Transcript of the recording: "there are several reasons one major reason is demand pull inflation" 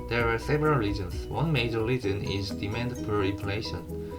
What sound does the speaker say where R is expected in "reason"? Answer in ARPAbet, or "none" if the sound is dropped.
L